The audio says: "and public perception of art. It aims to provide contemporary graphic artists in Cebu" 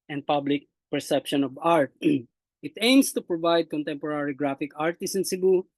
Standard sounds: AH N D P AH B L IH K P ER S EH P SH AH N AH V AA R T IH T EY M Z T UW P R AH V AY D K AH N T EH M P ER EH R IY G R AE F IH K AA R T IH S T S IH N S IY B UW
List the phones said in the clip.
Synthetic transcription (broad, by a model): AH N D P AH B L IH K P ER S EH P SH AH N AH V AA R T IH T EY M S T UW P R AH V AY D K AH N T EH M P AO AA R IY G R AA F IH K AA R T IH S S IH N S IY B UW